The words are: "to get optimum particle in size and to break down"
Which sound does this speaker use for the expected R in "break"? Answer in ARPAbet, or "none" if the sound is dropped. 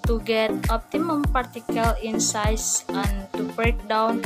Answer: R